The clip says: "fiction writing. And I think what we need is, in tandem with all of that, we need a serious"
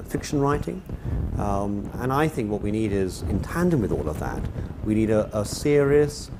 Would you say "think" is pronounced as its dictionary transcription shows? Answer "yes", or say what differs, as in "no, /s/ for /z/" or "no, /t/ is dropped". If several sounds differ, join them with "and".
yes